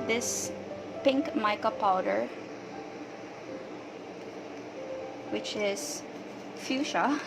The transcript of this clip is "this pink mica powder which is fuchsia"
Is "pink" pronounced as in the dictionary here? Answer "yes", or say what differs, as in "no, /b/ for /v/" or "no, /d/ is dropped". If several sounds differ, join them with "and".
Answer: yes